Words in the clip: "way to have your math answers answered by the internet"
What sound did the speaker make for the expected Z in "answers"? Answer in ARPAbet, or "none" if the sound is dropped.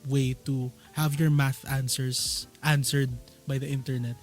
S